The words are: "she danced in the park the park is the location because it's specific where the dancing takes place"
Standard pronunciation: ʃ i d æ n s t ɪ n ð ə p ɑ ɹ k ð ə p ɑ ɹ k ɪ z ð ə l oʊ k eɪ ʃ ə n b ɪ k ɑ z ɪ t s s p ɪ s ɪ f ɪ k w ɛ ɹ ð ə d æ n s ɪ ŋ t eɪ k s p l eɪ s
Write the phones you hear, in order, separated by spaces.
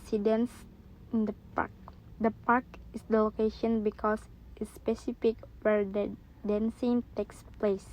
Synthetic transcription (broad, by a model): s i d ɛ n s ɪ n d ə p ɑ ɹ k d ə p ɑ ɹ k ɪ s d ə l oʊ k eɪ ʃ ə n b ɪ k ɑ s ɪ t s s p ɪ s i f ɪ k w ɛ ɹ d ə d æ n s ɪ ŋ t eɪ k s p l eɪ s